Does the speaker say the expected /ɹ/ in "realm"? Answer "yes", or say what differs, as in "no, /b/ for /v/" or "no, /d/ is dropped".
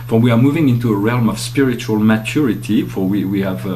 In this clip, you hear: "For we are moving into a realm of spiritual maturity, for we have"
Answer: yes